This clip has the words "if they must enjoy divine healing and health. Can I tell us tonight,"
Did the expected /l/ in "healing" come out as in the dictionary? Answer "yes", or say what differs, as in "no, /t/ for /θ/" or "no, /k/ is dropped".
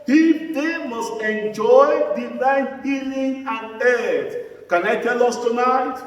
yes